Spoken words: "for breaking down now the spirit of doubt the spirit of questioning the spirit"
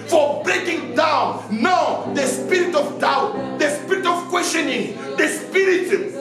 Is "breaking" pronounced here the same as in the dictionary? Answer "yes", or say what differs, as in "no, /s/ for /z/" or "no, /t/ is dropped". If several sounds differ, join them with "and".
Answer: yes